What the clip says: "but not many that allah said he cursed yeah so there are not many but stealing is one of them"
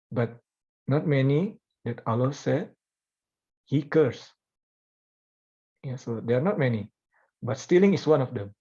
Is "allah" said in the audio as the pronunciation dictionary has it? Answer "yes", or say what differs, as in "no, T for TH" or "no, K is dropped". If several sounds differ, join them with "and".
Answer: yes